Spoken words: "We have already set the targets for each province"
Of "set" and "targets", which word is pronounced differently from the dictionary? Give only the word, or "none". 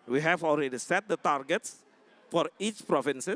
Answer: none